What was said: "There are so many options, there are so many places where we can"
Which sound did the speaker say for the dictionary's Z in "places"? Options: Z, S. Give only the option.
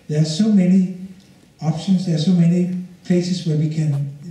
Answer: S